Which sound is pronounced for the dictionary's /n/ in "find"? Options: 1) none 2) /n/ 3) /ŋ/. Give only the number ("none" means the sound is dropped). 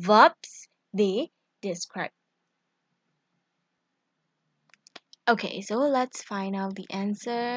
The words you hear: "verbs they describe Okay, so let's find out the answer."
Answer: 2